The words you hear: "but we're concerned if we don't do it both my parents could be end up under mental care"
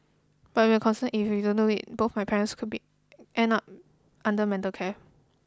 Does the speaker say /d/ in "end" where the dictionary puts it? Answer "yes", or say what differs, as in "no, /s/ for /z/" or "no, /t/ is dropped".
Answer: no, /d/ is dropped